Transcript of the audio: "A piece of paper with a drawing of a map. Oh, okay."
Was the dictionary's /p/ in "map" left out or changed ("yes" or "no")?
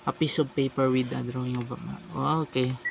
yes